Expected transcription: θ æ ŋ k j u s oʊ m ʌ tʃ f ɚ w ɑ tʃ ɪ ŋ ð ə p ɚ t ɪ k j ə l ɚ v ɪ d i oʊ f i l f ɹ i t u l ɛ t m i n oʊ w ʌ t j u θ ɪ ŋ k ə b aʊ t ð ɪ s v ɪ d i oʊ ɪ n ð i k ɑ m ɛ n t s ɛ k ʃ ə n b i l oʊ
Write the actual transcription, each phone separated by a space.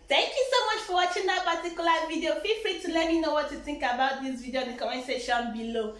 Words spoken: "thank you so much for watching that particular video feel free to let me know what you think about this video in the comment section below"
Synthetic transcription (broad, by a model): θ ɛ ŋ k j u s oʊ m ʌ tʃ f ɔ w ɑ tʃ ɪ ŋ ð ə p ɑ t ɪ k j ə l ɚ v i d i oʊ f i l f ɹ i t u l ɛ t m i n oʊ w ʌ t j u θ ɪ ŋ k ə b aʊ t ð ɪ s v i d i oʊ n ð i k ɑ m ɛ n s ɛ ʃ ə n b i l oʊ